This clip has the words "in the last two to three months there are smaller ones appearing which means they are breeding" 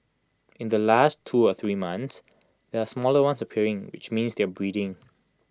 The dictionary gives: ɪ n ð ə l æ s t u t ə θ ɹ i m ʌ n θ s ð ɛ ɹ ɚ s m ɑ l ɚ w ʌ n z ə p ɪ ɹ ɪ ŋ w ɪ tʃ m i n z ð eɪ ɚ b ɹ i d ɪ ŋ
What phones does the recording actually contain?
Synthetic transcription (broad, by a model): ɪ n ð ə l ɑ s t u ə θ ɹ i m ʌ n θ s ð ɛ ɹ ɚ s m ɑ l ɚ w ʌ n s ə p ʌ ɹ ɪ ŋ w ɪ tʃ m i n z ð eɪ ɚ b ɹ i d ɪ ŋ